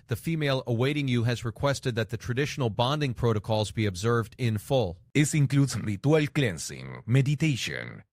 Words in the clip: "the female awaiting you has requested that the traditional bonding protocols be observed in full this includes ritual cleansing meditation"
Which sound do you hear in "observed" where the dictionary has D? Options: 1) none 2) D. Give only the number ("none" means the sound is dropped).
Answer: 2